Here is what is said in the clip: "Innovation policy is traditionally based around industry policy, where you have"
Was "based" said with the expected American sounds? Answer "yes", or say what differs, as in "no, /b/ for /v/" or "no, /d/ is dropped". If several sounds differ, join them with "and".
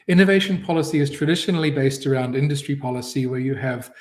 yes